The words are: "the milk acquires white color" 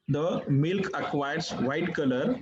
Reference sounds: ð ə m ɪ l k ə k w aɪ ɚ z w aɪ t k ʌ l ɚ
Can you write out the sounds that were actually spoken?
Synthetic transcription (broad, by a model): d ə m ɪ l k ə k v aɪ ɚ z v aɪ t k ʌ l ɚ